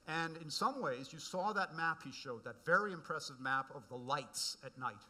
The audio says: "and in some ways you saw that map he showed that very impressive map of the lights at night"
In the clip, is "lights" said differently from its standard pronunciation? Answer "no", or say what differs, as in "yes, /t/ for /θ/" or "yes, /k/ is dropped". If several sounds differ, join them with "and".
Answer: no